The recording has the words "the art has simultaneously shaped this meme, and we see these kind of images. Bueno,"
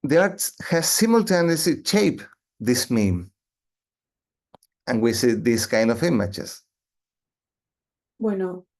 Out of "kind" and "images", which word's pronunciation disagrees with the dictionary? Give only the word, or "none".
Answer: images